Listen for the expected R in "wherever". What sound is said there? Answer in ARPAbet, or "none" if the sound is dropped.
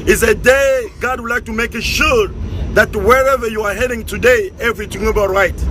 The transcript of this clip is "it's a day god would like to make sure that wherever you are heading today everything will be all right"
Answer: R